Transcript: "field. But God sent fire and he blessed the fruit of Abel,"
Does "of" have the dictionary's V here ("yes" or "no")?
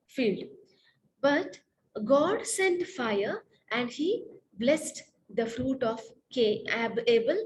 no